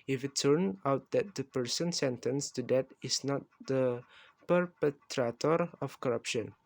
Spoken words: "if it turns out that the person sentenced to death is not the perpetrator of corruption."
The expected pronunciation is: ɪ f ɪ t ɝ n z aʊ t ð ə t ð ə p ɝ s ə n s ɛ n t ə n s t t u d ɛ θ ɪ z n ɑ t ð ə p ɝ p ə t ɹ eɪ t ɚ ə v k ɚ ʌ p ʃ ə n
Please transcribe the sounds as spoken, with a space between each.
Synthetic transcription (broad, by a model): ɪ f ɪ t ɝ n aʊ t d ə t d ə p ɝ s ə n s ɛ n t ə n s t t u d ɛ t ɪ s n ɑ t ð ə p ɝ p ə t ɹ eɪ t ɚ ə f k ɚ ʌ p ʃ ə n